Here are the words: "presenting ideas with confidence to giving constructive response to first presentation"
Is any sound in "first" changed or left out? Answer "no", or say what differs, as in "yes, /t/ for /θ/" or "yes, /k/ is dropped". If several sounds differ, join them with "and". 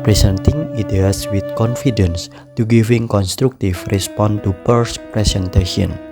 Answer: yes, /p/ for /f/